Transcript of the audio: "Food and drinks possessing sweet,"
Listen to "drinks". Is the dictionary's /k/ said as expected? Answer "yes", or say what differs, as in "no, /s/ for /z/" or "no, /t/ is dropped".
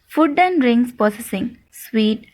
no, /k/ is dropped